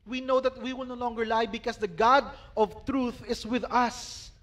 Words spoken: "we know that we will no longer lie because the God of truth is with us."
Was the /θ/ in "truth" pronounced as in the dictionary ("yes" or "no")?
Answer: yes